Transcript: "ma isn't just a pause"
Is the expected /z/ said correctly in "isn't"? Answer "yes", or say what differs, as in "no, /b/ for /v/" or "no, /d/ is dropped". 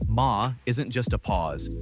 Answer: yes